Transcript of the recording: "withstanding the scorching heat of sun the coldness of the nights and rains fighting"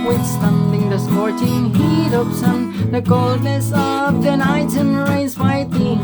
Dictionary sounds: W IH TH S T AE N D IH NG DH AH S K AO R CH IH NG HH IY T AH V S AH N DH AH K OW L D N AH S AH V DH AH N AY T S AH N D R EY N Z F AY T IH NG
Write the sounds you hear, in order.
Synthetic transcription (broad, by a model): W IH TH S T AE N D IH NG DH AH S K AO R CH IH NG HH IY T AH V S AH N DH AH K OW L D N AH S AH V DH AH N AY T AH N R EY Z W AY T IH